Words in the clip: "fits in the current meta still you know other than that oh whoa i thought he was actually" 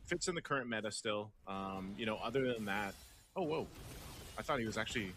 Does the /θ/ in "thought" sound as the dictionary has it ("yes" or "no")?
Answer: yes